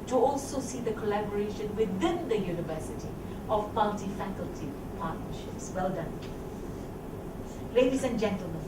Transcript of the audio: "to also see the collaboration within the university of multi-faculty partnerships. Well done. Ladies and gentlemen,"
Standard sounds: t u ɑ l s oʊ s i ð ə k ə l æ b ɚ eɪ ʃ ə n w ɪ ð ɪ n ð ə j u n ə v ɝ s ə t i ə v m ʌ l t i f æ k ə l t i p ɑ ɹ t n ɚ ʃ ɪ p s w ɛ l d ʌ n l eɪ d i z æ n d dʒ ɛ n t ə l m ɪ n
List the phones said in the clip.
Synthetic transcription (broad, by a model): t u ɑ l s oʊ s i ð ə k ə l æ b ɚ eɪ ʃ ə n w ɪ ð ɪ n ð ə j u n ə v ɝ s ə t i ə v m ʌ l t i f æ k ə l t i p ɑ t n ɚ ʃ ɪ p s w ɛ l d ʌ n l eɪ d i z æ n dʒ ɛ n t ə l m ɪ n